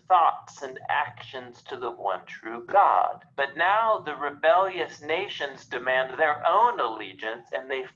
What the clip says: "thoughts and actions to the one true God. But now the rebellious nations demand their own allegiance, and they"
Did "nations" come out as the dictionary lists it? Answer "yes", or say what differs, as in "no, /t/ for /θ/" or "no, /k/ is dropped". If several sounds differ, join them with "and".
yes